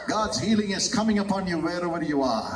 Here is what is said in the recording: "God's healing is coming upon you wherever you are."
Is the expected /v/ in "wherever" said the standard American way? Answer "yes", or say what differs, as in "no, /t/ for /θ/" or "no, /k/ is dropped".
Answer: no, /w/ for /v/